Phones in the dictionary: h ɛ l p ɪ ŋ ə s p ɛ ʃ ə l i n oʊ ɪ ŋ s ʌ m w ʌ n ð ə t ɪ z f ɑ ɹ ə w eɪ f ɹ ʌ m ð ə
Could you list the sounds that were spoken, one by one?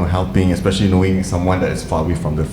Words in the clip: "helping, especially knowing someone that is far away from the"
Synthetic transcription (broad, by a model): h ɛ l p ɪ ŋ ə s p ɛ ʃ ə l i n oʊ ɪ ŋ s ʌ m w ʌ n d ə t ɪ s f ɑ ə w eɪ f ɹ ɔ m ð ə